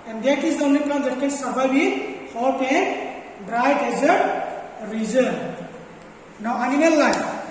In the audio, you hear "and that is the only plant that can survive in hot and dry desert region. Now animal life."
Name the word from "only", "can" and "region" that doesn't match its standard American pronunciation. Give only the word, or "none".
region